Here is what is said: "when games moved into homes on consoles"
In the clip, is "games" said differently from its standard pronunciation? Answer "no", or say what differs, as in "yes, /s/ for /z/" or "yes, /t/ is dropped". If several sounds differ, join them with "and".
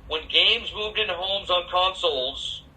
no